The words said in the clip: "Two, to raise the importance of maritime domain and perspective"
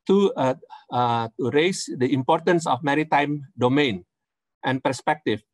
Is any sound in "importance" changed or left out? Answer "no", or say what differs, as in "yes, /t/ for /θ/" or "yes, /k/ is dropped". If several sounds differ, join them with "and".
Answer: no